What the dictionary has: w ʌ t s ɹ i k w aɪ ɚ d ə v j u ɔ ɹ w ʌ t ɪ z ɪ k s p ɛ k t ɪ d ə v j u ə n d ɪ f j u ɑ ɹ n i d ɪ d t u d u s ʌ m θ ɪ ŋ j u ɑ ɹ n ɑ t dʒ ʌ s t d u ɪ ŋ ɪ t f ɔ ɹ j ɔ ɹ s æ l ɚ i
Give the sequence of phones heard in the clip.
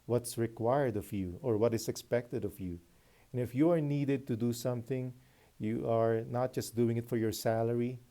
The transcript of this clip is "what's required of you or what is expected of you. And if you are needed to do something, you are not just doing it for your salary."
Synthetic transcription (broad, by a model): w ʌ t s ɹ i k w aɪ ɚ d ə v j u ɔ ɹ w ʌ t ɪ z ɪ k s p ɛ k t ɪ d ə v j u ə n ɪ f j u ɑ ɹ n i d ɪ d t u d u s ʌ m θ ɪ ŋ j u ɑ ɹ n ɑ t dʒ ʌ s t d u ɪ ŋ ɪ t f ɔ ɹ j ɔ ɹ s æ l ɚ i